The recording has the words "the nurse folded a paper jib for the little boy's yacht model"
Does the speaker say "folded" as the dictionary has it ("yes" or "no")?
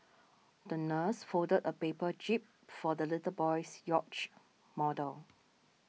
no